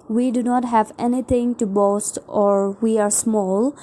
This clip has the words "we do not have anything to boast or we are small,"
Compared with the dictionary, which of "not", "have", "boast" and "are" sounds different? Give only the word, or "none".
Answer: none